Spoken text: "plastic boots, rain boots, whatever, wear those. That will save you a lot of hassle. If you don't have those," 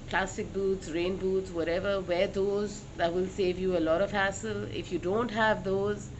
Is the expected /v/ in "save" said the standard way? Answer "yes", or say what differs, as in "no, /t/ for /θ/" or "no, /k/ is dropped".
yes